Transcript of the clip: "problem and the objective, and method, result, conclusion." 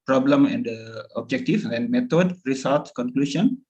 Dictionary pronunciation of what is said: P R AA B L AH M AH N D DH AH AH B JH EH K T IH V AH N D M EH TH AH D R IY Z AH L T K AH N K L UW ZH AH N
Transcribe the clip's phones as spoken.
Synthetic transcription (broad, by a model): P R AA B L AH M AH N D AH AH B JH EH K T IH F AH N M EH T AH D R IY S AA L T K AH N K L UW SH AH N